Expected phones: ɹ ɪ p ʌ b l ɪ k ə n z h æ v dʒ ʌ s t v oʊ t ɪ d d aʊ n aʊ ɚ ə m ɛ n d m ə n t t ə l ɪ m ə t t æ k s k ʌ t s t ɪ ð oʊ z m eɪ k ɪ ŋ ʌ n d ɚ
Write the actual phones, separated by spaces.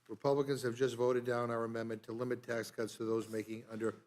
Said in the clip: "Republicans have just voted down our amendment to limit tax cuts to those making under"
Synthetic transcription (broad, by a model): ɹ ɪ p ʌ b l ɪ k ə n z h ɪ v dʒ ʌ s t v oʊ t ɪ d d aʊ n aʊ ɚ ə m ɛ n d m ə n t t ə l ɪ m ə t t æ k s k ʌ t s t ɪ ð oʊ z m eɪ k ɪ ŋ ʌ n d ɚ